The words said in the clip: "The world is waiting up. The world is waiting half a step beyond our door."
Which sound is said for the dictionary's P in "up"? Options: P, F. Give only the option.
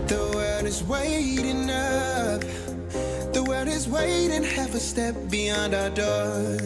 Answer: F